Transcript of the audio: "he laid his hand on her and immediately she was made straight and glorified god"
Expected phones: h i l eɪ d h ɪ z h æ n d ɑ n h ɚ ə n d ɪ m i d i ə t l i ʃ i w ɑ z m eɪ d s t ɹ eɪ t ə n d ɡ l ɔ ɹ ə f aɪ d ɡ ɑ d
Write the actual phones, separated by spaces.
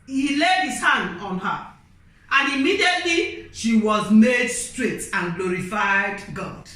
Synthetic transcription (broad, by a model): h i l eɪ d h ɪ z h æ n d ɑ n h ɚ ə n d ɪ m i d i ə t l i ʃ i w ɑ z m eɪ d s t ɹ eɪ t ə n ɡ l ɔ ɹ ə f aɪ d ɡ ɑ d